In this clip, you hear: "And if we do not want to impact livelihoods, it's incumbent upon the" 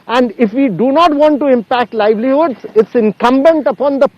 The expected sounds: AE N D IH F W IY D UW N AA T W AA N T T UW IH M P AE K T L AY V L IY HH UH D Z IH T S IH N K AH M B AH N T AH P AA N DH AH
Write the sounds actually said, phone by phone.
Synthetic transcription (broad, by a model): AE N D IH F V IY D UW N AA T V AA N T T UW IH M P AE K T L AY V L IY HH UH D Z IH T S IH N K AH M B AH N T AH P AA N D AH